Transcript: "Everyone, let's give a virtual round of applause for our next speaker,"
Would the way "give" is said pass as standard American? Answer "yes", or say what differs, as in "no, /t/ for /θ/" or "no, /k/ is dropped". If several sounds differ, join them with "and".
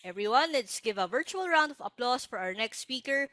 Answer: yes